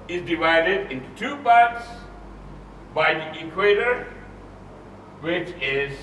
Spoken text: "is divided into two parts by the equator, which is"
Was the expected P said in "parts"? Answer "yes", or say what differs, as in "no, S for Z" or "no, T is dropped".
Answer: no, B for P